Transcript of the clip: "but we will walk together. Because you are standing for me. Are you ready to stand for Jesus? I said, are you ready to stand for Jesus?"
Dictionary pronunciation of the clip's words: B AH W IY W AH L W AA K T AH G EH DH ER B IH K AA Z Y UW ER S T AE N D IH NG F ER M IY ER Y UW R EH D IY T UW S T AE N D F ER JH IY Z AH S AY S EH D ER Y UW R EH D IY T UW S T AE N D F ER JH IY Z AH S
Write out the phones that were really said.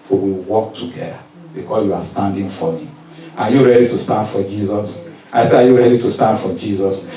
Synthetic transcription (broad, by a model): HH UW W IY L W AA K T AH G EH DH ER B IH K AA S Y UW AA S T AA N D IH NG F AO M IY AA Y UW R EH D IY T UW S T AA N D F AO JH IY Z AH S AY S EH AA Y UW R EH D IY T UW S T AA N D F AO JH IY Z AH S